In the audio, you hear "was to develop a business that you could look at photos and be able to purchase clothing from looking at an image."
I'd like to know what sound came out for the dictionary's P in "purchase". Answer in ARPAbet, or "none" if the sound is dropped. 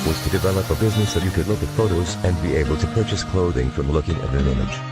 P